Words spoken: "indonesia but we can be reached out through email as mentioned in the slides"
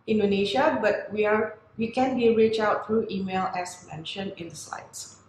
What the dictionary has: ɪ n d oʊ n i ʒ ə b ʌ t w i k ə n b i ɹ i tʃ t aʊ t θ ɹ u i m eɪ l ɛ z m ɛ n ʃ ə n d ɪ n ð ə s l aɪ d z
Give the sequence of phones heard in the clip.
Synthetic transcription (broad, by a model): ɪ n d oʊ n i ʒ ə b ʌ t w i k ə n b i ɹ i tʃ aʊ t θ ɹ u i m eɪ l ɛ s m ɛ n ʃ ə n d ɪ n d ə s l aɪ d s